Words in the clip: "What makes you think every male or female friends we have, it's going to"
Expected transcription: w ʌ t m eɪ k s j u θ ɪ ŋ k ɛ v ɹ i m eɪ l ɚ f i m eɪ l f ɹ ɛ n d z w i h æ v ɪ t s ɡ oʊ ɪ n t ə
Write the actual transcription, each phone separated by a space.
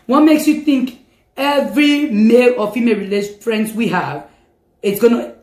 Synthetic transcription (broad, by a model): w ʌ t m eɪ k s j u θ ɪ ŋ k ɛ v ɹ i m eɪ l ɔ f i m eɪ l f ɹ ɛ n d s w i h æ v ɪ t s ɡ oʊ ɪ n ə